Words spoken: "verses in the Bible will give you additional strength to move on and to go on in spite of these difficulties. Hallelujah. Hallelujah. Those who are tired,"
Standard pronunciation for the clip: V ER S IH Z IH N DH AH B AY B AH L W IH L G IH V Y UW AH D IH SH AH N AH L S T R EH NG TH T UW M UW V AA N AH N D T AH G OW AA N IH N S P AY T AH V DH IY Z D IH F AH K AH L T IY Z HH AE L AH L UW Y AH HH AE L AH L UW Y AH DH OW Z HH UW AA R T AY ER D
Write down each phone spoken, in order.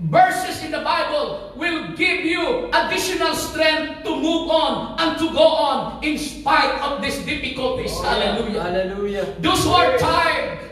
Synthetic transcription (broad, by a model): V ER S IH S IH N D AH B AY B AH L W IH L G IH V Y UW AH D IH SH AH N AH L S T R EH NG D T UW M UW V AA N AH N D T AH G OW AA N IH N S P AY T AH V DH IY S D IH F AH K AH L T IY S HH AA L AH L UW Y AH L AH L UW Y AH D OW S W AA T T AY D